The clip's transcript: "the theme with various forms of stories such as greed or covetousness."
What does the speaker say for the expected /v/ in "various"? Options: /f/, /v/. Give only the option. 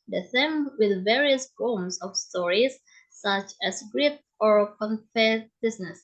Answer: /v/